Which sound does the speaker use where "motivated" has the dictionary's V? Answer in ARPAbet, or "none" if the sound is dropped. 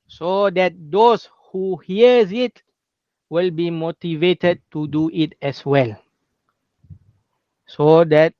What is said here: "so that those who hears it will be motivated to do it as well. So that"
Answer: V